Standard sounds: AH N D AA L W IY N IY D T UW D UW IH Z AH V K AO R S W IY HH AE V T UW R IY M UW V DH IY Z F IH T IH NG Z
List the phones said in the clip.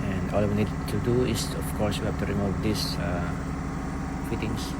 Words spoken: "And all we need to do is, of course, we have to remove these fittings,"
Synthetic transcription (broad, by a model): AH N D AA L W IY N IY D T UW D UW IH S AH F K AO R S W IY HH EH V T UW R IY M UW V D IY S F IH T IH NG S